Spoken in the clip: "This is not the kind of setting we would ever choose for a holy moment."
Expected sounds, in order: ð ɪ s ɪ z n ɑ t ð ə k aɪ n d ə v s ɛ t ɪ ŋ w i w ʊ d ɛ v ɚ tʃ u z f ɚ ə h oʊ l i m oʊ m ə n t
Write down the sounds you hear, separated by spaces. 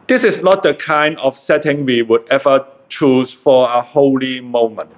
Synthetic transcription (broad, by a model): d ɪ s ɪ s n ɑ t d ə k aɪ n d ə f s ɛ t ɪ ŋ w i w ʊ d ɛ v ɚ tʃ u s f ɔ ə h oʊ l i m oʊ m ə n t